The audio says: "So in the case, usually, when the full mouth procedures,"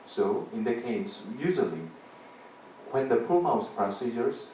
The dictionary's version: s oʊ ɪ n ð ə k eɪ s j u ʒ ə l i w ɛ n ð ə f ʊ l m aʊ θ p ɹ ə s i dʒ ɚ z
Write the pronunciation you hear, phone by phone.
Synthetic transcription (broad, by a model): s oʊ ɪ n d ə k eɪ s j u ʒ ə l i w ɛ n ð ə p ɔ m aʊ s p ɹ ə s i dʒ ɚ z